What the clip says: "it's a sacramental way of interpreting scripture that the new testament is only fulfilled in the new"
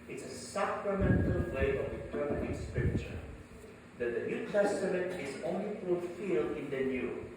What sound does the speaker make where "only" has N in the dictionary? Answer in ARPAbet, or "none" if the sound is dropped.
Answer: N